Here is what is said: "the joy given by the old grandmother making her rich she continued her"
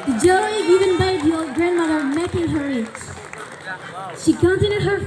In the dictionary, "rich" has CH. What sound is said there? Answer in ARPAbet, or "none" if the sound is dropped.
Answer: S